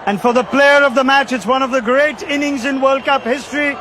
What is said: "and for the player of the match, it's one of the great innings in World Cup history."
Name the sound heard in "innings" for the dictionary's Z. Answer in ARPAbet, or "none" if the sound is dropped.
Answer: Z